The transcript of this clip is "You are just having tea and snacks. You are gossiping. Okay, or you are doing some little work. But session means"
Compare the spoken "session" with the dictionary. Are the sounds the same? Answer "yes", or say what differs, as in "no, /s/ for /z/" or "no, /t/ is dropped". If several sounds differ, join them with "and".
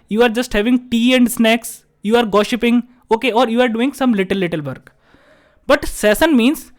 no, /s/ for /ʃ/